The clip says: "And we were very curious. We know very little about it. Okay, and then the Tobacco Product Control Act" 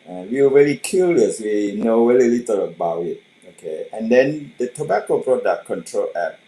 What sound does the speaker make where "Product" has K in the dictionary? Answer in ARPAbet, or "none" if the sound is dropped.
none